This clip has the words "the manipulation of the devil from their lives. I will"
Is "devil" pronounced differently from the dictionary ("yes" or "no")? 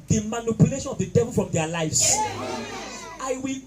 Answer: no